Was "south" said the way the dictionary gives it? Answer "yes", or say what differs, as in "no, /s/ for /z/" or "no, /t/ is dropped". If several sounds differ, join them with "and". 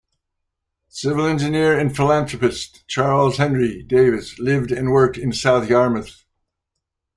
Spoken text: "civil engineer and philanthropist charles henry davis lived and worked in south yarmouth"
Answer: yes